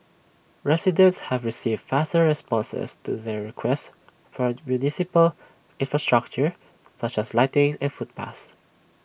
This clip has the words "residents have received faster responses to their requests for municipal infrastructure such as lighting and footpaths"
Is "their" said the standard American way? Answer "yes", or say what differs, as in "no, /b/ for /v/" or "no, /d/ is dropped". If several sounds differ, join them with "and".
yes